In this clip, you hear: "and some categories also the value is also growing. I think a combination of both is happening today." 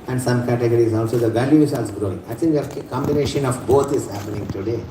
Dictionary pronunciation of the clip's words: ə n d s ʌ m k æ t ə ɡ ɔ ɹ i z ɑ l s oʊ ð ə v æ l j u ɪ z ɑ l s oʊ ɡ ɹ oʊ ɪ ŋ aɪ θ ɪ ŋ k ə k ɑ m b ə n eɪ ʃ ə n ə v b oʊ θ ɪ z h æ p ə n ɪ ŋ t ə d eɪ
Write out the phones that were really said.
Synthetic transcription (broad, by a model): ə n d s ʌ m k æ t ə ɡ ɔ ɹ i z ɑ l s oʊ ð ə v æ l j u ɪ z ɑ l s ɡ ɹ oʊ ɪ ŋ aɪ t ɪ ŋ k ə k ɑ m b ə n eɪ ʃ ə n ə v b oʊ t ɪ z h æ p ə n ɪ ŋ t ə d eɪ